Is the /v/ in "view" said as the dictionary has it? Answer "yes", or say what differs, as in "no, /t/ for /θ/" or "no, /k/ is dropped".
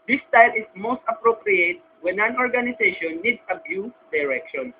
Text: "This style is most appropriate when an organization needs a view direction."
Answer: no, /b/ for /v/